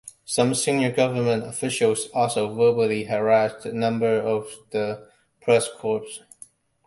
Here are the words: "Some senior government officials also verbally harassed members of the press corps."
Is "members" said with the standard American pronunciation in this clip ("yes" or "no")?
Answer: no